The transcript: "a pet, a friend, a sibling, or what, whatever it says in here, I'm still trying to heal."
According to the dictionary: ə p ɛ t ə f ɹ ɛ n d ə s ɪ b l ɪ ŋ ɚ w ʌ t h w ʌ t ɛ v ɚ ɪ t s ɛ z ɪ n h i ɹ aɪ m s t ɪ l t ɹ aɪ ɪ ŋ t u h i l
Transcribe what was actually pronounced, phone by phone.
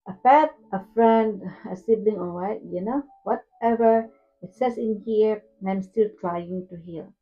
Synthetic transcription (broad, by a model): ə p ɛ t ə f ɹ ɛ n d ə s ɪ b l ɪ ŋ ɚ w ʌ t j w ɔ t ɛ v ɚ ɪ t s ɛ s ɪ n h i ɹ aɪ m s t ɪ l t ɹ aɪ ɪ ŋ t u h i l